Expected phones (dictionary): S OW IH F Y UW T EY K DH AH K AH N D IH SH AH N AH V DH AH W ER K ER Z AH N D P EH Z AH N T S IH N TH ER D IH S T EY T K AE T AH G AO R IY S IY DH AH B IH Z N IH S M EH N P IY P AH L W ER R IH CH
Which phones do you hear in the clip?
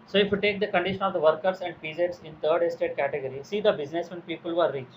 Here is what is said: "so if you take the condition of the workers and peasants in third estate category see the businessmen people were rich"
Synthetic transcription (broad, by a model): S OW IH F Y UW T EY K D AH K AH N D IH SH AH N AH V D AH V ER K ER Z AH N D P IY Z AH T S IH N T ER D IH S T EY T K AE T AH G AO R IY S IY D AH B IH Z N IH S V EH N P IY P AH L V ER R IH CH